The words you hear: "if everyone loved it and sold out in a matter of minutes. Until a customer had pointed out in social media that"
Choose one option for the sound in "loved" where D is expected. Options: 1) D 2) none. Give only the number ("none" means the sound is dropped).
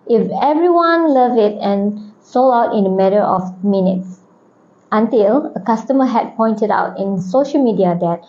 2